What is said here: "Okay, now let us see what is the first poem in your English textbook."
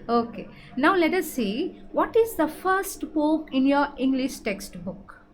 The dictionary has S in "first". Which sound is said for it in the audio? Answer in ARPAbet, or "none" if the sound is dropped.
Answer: S